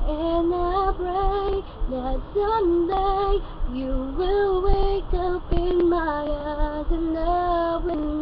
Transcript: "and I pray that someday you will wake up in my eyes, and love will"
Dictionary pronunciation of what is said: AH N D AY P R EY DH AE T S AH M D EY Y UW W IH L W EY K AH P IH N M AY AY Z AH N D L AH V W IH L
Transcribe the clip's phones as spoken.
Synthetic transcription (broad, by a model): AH N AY B R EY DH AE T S AH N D EY Y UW W IH L W EY K AH P IH N M AY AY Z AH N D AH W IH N